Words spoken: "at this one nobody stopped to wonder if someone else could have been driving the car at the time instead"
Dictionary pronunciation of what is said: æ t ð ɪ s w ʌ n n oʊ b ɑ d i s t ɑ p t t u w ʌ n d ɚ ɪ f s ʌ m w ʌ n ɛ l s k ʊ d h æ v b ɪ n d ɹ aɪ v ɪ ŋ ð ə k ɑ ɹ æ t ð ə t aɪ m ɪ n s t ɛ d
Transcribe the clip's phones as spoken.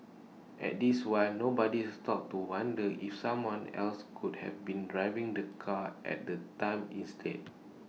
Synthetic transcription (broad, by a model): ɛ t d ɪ s w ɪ l n oʊ b ɑ d i s t ɑ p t t u w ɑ n d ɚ ɪ f s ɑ m w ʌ n ɛ l s k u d h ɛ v b ɪ n d ɹ aɪ v ɪ ŋ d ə k ɑ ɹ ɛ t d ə t aɪ m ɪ n s t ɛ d